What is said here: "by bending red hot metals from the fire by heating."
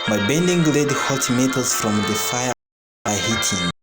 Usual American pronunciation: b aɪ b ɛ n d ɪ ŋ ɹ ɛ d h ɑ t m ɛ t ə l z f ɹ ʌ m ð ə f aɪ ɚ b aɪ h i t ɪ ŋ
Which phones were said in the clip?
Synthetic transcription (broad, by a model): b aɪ b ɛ n d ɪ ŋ l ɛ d h ɑ t m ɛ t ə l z f ɹ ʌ m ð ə f aɪ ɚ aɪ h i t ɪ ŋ